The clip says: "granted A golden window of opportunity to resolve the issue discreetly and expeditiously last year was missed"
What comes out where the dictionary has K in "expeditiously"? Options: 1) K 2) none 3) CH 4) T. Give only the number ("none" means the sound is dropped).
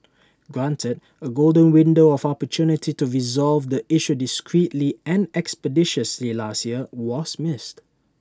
1